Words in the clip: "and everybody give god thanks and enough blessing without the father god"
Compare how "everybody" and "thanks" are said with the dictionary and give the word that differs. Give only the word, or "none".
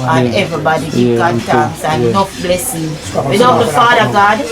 thanks